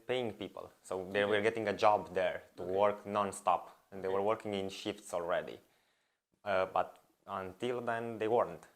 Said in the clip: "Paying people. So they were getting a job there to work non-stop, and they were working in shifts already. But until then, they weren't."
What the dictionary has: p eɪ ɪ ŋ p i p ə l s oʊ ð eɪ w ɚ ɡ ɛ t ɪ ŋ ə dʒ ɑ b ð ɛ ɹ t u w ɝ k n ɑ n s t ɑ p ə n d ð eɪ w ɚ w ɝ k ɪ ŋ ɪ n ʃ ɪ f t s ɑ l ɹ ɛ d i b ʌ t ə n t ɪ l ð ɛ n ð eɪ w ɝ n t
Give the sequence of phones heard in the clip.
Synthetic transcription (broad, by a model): p eɪ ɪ ŋ p i p ə l s oʊ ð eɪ w ɚ ɡ ɛ t ɪ ŋ ə dʒ ɑ b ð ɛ ɹ t u w ɝ k n ɑ n s t ɑ p ə n d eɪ w ɚ w ɝ k ɪ ŋ ɪ n ʃ ɪ f t s ɑ l ɹ ɛ d i b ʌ t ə n t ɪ l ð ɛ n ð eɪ w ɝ n t